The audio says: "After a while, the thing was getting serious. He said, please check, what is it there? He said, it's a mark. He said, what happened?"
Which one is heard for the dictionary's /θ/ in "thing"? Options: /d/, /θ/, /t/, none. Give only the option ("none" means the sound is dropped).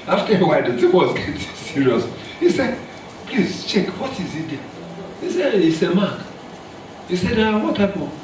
/t/